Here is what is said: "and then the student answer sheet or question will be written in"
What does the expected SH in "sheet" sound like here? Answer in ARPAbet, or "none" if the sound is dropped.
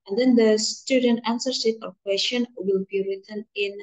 S